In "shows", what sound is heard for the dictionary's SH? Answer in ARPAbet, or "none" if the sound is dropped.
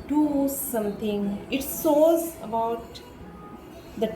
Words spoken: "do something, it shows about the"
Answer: S